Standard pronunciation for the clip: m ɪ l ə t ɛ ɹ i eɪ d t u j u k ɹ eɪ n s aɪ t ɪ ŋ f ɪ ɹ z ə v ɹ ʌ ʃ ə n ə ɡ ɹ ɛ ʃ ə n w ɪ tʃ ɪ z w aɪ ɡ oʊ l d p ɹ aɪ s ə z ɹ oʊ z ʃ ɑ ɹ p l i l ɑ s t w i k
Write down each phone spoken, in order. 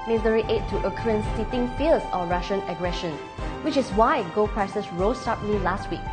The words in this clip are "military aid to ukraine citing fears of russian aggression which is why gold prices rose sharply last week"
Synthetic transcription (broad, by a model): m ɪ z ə ɹ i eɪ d t u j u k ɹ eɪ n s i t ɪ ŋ f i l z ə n ɹ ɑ ʃ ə n ə ɡ ɹ ɛ ʃ ə n w ɪ tʃ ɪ s w aɪ ɡ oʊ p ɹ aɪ s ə s ɹ oʊ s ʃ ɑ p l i l ɑ s t w i k